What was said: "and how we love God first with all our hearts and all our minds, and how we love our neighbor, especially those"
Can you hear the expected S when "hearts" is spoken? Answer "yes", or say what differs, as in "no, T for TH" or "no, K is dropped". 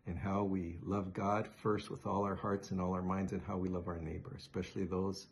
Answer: yes